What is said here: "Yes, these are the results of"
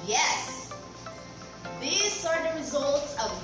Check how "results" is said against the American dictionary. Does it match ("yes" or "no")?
yes